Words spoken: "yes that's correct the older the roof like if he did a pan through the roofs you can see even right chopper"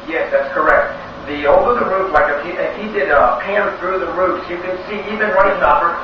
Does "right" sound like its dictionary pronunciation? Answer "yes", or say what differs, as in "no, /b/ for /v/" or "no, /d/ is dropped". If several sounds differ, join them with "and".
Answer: no, /w/ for /ɹ/